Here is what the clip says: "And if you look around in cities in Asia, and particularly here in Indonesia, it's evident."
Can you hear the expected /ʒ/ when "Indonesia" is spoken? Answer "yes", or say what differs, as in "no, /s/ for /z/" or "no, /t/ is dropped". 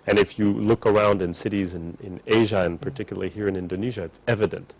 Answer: yes